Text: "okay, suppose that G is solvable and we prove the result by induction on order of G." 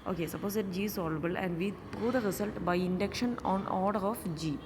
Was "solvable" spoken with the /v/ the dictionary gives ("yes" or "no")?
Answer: no